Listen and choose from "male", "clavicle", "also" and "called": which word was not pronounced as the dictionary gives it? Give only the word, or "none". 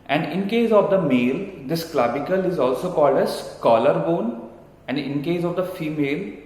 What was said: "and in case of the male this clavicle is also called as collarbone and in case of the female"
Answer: clavicle